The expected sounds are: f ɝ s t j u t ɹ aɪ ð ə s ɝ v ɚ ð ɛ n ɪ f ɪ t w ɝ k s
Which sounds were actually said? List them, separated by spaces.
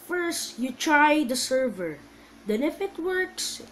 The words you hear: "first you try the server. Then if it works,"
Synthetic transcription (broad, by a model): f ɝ s t j u t ɹ aɪ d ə s ɝ v ɚ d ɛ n ɪ f ɪ t w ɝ k s